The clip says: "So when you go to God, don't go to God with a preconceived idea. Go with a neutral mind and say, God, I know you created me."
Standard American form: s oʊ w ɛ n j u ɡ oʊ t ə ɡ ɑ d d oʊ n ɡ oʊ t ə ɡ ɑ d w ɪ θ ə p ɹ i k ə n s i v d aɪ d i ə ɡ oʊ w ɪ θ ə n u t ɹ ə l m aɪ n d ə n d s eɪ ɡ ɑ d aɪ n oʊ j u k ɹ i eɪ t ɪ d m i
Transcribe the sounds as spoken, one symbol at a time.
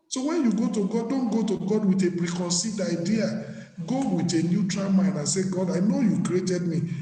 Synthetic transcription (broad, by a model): s oʊ w ɛ n j u ɡ oʊ t ə ɡ ɑ d d oʊ n ɡ oʊ t ə ɡ ɑ d w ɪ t ə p ɹ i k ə n s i d aɪ d i ə ɡ oʊ w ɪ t ə n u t ɹ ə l m aɪ n d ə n s eɪ ɡ ɑ d aɪ n oʊ j u k ɹ i eɪ t ɪ d m i